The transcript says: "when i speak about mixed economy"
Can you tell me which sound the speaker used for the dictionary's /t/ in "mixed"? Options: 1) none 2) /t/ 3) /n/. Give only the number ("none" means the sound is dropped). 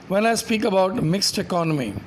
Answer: 2